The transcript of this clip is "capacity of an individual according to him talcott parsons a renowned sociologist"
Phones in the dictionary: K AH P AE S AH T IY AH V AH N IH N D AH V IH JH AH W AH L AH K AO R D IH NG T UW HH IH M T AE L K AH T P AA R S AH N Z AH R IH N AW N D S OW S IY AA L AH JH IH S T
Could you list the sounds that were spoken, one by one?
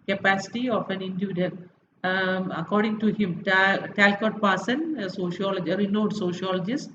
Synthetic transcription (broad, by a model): K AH P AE S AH T IY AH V AH N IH N D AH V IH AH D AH N AH K AO R D IH NG T UW HH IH M T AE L K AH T P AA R S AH N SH AH L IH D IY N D S OW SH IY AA L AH JH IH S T